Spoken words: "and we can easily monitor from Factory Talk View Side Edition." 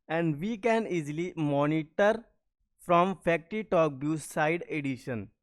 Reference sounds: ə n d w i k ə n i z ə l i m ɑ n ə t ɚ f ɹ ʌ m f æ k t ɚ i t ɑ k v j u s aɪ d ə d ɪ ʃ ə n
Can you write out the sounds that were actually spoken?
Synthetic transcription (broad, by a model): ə n d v i k ə n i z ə l i m ɑ n ə t ɚ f ɹ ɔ m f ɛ k t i t ɑ k b j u s aɪ d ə d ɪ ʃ ə n